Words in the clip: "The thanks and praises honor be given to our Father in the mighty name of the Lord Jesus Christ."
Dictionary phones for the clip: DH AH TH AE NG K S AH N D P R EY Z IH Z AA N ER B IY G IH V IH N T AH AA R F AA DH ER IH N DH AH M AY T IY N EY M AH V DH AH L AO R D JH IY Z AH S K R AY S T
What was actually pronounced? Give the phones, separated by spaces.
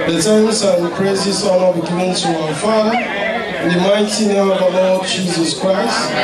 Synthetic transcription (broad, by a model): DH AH T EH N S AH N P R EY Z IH S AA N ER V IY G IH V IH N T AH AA F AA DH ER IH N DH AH M AY T IY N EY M AH V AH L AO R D JH IY Z AH S K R AY S T